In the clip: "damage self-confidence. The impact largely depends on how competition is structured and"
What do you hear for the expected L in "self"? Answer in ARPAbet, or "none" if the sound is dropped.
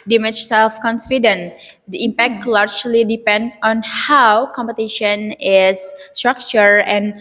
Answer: L